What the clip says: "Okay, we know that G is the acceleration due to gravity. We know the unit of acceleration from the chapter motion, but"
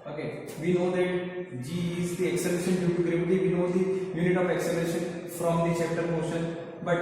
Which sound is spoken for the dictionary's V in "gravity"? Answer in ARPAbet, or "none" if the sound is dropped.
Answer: B